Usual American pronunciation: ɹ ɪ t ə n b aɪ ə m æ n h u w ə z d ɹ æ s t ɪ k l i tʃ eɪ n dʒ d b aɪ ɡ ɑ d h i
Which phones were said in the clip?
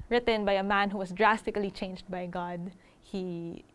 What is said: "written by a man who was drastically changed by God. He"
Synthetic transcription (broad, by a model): ɹ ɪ t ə n b aɪ ə m æ n h u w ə s d ɹ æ s t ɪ k l i tʃ eɪ n dʒ d b aɪ ɡ ɑ d h i